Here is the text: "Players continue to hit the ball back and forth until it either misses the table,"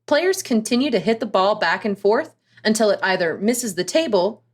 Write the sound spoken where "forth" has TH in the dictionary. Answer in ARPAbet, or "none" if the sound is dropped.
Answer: TH